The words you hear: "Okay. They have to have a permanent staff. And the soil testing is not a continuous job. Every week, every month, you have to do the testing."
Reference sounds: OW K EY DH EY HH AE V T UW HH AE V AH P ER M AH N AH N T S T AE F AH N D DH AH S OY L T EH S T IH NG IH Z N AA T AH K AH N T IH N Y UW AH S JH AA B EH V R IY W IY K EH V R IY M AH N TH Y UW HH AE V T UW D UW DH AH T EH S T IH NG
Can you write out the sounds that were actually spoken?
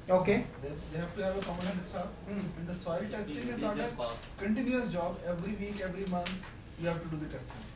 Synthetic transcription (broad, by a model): OW K EY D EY HH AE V T UW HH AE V AH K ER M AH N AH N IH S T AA AH N D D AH S OY L T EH S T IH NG IH Z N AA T AH K AH N T IH N Y UW AH S JH AA B EH V R IY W IY K EH V R IY M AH N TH Y UW HH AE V T UW D UW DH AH T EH S T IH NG